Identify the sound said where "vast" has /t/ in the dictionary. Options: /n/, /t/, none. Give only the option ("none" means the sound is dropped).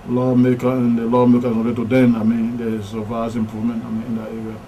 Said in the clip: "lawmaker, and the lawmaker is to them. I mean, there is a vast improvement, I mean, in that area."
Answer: none